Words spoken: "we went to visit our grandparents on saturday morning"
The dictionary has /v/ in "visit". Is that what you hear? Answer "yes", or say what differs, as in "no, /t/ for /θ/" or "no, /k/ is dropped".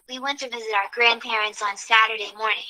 yes